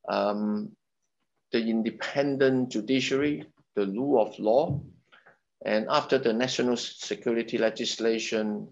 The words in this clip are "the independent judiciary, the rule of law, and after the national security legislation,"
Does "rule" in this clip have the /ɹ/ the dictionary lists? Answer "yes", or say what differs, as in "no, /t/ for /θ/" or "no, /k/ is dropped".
no, /l/ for /ɹ/